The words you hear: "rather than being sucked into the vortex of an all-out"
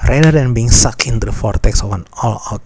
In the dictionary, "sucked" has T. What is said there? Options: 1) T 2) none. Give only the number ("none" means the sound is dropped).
2